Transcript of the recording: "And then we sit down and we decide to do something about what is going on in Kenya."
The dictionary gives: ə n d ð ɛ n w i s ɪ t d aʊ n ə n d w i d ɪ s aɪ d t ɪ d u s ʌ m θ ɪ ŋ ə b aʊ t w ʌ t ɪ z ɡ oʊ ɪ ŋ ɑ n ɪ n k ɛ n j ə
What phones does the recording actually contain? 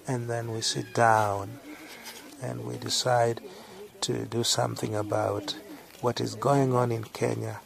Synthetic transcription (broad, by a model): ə n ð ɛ n w i s ɪ t d aʊ n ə n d w i d ɪ s aɪ d t ɪ d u s ʌ m θ ɪ ŋ ə b aʊ t w ʌ t ɪ z ɡ oʊ ɪ ŋ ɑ n ɪ n k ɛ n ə